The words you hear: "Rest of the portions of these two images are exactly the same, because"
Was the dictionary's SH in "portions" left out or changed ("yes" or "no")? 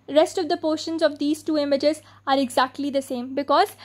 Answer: no